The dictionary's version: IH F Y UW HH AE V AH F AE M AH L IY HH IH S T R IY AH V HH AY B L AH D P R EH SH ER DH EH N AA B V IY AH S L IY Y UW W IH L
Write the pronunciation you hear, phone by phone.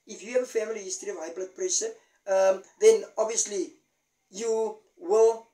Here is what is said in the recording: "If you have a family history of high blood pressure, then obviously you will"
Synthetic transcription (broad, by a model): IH F Y UW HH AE V AH F AE M AH L IY HH IH S T R IY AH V HH AY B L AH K P R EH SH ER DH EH N AA B V IY AH S L IY Y UW W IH L